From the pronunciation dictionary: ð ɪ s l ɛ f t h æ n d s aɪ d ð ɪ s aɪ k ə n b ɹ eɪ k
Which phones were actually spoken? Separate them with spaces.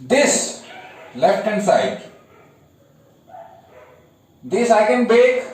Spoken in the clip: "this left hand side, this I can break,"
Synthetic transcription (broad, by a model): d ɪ s l ɛ f t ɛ n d s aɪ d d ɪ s aɪ k ə n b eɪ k